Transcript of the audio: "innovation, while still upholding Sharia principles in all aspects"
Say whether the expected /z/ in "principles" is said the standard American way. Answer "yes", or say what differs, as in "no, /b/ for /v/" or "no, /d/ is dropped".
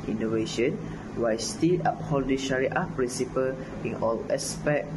no, /z/ is dropped